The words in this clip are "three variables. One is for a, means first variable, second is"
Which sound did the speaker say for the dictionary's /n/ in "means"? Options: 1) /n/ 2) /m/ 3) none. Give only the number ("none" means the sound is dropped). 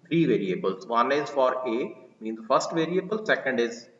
1